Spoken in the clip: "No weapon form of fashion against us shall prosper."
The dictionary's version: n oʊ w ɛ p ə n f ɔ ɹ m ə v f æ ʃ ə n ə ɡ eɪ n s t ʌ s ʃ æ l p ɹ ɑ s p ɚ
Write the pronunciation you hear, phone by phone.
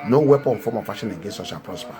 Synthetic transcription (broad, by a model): n oʊ w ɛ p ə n f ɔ m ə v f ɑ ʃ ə n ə ɡ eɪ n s ɔ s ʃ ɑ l p ɹ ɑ s p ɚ